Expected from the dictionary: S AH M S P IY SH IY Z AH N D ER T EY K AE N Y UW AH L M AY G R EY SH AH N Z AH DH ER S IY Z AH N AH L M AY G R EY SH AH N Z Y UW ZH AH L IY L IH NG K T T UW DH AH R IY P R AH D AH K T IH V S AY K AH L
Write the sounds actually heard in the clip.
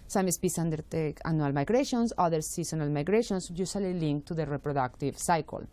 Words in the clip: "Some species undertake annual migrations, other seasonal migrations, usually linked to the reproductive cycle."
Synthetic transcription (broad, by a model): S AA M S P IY S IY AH N D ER T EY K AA N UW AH L M AY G R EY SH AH N S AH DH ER S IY S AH N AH L M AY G R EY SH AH N S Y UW S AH L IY L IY NG K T T UW DH AH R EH P R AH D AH K T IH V S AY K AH L